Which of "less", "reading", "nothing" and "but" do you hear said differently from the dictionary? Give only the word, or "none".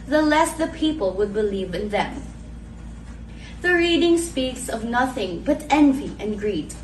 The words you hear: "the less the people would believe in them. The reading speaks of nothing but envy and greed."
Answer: none